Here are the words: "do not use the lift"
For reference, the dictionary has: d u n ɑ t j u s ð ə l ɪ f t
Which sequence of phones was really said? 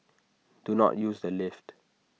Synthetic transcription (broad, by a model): d u n ɑ t j u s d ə l ɪ f t